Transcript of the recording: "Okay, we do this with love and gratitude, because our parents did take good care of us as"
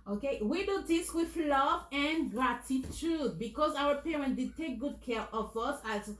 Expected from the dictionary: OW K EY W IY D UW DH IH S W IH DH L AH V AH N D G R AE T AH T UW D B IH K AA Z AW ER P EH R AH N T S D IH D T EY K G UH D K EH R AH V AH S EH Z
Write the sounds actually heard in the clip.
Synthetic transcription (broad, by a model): OW K EY W IY D UW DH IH S W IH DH L AH V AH N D G R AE T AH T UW D B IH K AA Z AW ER P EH R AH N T D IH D T EY K G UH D K EH R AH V AH S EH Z